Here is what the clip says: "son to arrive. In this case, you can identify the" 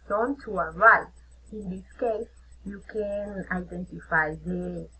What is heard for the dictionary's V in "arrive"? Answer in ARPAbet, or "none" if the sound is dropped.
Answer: none